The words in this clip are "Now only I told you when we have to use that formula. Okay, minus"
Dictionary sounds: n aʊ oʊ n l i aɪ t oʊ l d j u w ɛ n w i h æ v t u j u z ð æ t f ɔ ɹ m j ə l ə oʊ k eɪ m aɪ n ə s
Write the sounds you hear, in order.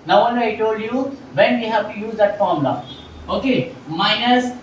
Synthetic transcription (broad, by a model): n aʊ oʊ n i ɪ t oʊ l d j u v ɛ n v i h æ v t u j u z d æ t f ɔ ɹ m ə l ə oʊ k eɪ m aɪ n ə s